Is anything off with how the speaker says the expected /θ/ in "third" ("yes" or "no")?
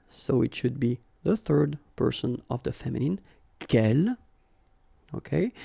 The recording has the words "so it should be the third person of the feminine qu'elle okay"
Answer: no